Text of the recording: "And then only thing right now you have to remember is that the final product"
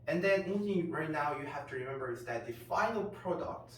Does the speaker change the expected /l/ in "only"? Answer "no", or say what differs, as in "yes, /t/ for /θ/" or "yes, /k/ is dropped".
yes, /l/ is dropped